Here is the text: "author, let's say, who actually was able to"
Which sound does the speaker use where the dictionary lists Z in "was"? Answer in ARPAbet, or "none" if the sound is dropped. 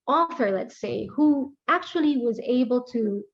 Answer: Z